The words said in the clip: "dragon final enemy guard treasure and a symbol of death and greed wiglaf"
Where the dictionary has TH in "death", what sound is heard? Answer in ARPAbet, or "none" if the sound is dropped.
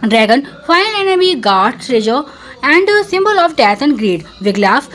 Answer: T